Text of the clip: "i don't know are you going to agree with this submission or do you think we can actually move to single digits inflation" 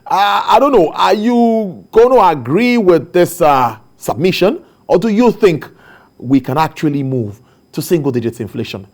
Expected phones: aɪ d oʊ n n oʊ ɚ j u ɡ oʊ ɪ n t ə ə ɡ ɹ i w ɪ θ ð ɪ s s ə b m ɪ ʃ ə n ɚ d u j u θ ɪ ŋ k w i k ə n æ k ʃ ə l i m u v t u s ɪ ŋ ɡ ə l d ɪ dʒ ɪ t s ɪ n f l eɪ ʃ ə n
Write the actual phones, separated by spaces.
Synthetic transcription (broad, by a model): aɪ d oʊ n n oʊ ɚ j u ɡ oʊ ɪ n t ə ə ɡ ɹ i w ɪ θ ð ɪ s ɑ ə b m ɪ ʃ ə n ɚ d u j u θ ɪ ŋ k w i k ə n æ k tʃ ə l i m u v t u s ɪ ŋ ɡ ə l d ɪ dʒ ɪ t s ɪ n f l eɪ ʃ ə n